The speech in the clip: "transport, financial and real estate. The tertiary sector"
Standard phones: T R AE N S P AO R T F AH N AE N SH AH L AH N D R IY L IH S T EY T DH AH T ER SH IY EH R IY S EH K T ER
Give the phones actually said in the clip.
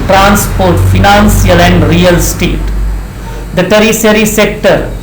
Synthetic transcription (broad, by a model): T R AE N S P AO R T F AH N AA N S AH L AH N D R IY L S T EY T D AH T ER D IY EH R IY S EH K T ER